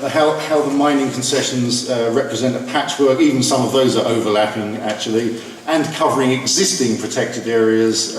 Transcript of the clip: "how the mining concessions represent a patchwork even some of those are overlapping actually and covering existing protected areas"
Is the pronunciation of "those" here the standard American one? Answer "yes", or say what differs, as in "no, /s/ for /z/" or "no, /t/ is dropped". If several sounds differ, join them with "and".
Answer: yes